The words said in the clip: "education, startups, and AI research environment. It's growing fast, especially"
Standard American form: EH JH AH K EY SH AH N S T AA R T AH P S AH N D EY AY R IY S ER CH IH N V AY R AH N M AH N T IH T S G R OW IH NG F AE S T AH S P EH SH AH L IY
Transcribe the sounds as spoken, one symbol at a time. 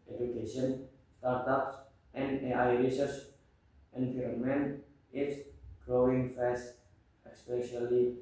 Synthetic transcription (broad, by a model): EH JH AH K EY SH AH N S T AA R T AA P S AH N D EY AY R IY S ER S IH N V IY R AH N M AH N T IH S G R OW IH NG F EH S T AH S P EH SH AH L IY